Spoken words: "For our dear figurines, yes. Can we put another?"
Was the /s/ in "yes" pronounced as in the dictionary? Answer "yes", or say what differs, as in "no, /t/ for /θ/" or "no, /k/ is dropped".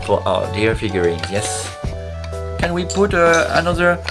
yes